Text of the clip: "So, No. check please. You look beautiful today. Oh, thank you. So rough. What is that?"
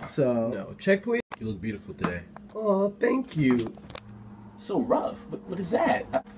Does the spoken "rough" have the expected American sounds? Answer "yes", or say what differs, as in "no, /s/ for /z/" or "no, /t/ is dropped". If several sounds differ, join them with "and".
yes